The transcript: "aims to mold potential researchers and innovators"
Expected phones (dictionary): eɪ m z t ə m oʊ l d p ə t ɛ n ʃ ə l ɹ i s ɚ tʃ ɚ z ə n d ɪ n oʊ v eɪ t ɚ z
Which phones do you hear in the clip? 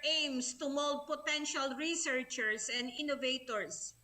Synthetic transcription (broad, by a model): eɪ m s t ə m oʊ l d p ə t ɛ n ʃ ə l ɹ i s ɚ tʃ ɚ s ə n d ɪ n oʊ v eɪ t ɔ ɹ